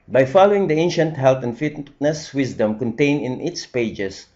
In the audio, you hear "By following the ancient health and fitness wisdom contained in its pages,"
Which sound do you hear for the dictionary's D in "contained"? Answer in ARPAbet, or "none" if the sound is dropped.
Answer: none